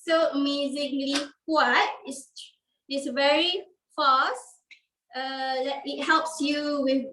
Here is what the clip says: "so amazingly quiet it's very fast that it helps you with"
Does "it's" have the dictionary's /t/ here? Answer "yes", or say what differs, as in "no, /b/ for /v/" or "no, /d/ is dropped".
no, /s/ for /t/